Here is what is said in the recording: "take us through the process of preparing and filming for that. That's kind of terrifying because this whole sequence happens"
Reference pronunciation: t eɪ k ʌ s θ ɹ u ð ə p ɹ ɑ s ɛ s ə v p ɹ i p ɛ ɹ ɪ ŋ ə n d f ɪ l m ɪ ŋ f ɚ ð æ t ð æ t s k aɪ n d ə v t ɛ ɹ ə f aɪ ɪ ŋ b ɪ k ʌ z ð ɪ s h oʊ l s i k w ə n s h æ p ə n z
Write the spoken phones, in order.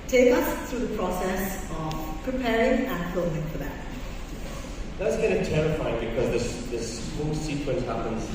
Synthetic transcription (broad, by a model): t eɪ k ʌ s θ ɹ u ð ə p ɹ ɑ s ɛ s ə v p ɹ i p ɛ ɹ ɪ ŋ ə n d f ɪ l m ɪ ŋ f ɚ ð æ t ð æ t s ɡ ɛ d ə t ɛ ɹ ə f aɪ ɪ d b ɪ k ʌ z ð ɪ s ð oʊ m s i k w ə n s h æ p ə n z